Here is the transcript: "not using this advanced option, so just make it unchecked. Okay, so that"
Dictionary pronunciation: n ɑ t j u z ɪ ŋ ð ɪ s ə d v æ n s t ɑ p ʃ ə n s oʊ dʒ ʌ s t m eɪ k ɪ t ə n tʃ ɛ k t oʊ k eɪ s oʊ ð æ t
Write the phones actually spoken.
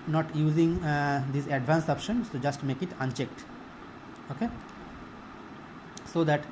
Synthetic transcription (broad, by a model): n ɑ t j u z ɪ ŋ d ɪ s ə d v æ n s ɑ p ʃ ə n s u dʒ ʌ s t m eɪ k ɪ t ə n tʃ ɛ k t oʊ k eɪ s oʊ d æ t